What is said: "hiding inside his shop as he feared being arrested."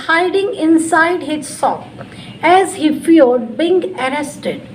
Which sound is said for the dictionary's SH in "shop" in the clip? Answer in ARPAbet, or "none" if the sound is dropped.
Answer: S